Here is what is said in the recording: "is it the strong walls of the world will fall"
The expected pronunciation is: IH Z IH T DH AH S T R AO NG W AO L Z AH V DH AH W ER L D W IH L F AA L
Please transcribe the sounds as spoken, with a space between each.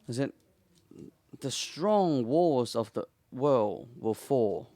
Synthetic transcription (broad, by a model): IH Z IH T DH AH S T R AO NG W AO Z AH V DH AH W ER L D W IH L F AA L